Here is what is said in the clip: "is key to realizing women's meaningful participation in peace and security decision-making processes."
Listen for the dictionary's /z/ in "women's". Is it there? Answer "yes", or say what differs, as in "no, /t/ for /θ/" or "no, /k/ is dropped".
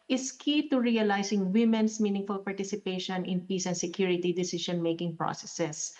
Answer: no, /s/ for /z/